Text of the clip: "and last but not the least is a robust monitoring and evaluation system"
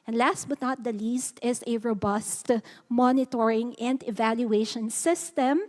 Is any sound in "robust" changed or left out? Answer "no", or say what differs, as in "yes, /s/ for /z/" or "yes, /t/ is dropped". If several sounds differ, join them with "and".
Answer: no